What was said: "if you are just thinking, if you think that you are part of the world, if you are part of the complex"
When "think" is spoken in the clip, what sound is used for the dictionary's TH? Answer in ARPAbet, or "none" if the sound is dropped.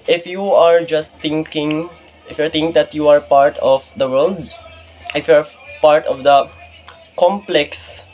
T